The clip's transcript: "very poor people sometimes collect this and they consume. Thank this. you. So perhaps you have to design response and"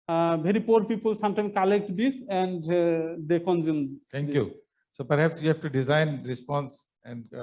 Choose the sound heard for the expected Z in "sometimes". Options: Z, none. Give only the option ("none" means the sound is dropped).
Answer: none